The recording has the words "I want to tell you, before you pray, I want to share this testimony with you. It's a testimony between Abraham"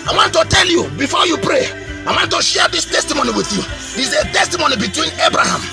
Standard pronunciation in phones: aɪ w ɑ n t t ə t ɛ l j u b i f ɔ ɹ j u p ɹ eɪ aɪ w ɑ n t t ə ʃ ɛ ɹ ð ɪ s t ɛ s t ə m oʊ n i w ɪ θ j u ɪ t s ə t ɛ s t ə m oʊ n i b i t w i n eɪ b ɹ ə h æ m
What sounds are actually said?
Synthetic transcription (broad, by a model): aɪ w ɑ n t t ə t ɛ l j u b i f ɔ j u p ɹ eɪ aɪ w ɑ n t t ə ʃ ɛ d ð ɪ s t ɛ s t ə m oʊ n i w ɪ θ j u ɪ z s ə t ɛ s t ə m oʊ n i b i t w i n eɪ b ɹ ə h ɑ m